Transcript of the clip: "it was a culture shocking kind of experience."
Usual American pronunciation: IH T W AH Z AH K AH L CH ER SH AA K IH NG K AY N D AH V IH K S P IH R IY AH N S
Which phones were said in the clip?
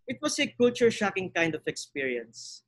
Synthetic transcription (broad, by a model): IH T W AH S AH K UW L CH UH SH AA K IH NG K AY N D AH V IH K S P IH R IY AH N S